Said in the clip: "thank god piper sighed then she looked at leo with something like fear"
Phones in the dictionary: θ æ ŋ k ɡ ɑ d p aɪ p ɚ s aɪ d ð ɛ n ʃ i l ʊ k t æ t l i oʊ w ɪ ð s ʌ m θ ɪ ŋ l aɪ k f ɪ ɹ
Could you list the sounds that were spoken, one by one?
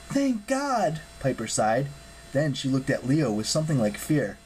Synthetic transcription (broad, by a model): θ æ ŋ k ɡ ɑ d p aɪ p ɚ s aɪ d ð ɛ n ʃ i l ʊ k t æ t l i oʊ w ɪ ð s ʌ m θ ɪ ŋ l aɪ k f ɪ ɹ